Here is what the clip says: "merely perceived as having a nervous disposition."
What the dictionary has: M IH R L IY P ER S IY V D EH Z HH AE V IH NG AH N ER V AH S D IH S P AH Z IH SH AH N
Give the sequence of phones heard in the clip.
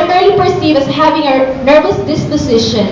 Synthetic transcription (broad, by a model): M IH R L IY P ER S IY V EH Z HH AE V IH NG AH N ER V AH S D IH S P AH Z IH SH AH N